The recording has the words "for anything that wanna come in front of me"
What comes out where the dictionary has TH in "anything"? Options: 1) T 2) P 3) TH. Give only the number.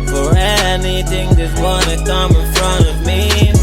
3